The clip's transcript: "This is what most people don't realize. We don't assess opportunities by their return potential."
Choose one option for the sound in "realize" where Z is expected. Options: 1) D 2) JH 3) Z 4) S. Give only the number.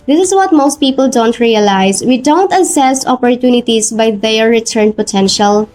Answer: 4